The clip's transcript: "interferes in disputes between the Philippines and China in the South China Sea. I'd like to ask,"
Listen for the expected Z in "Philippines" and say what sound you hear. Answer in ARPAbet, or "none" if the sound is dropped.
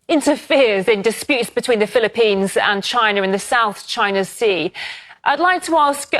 Z